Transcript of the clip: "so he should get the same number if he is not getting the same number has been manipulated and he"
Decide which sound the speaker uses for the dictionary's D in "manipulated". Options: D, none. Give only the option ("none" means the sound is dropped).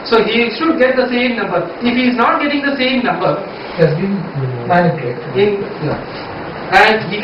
none